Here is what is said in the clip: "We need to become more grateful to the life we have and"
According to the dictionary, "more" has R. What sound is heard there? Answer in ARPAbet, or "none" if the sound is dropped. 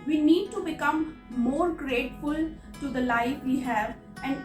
R